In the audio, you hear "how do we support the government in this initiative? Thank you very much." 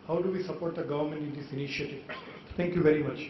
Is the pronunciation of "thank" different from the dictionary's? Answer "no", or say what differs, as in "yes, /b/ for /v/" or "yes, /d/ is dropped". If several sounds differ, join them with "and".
yes, /t/ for /θ/